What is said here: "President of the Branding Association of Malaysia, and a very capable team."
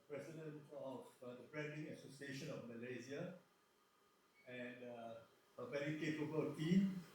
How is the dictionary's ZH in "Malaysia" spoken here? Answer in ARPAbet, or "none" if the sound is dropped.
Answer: Z